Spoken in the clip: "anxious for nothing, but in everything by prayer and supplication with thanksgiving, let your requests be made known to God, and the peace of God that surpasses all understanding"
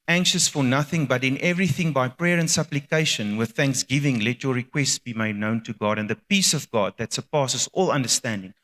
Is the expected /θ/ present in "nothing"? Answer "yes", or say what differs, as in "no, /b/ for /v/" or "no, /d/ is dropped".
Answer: yes